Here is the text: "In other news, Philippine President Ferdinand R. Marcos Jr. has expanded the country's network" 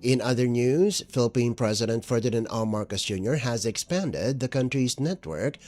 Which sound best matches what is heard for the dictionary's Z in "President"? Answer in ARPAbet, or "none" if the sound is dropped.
Z